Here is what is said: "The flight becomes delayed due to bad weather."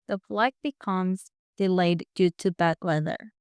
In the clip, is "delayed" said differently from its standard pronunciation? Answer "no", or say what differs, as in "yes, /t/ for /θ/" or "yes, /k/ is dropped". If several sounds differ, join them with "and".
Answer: no